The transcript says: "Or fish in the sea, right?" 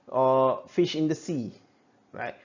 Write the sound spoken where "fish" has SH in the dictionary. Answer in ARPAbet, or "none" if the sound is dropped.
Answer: SH